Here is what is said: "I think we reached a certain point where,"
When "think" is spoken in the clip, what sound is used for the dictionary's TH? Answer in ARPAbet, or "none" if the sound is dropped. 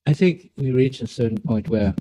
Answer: TH